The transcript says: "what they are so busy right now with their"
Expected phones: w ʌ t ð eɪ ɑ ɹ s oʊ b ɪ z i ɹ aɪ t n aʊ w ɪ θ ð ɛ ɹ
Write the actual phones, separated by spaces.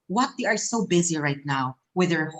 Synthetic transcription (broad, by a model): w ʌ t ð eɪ ɑ ɹ s oʊ b ɪ z i ɹ aɪ t n aʊ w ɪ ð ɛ ɹ